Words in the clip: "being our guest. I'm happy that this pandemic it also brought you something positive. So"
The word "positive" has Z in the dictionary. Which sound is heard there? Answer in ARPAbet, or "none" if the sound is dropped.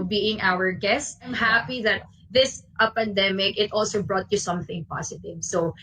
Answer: S